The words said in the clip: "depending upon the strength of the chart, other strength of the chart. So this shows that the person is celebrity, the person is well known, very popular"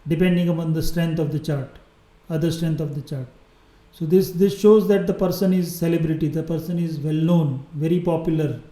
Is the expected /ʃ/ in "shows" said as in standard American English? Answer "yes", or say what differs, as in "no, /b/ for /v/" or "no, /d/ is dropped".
yes